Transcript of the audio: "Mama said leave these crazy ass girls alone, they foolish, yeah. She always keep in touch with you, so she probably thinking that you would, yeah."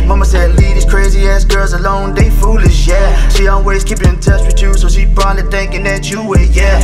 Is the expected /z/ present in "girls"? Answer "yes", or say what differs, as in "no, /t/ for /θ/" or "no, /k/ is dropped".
yes